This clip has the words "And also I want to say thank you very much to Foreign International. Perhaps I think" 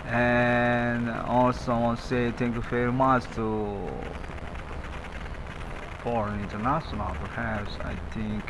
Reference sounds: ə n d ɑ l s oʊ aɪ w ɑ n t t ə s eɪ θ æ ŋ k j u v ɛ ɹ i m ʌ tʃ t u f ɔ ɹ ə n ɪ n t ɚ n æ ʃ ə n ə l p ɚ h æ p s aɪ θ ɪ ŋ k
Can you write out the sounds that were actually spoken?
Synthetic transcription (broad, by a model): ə n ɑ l s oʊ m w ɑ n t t s eɪ t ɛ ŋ k j u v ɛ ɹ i m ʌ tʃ t u f ɔ ɹ ə n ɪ n t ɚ n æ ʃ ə n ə l p ɚ h æ p s aɪ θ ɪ ŋ k